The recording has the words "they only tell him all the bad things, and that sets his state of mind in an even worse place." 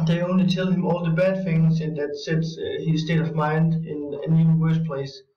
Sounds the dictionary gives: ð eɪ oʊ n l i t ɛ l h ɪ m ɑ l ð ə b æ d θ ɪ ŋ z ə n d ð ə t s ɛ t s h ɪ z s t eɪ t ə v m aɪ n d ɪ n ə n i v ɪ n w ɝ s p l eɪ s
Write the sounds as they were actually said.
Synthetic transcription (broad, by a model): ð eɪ oʊ n l i t ɛ l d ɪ m ɑ l ð ə b æ d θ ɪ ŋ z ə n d ð ə t s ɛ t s h ɪ z s t eɪ t ə v m aɪ n d ɪ n ə n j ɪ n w ɝ s p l eɪ s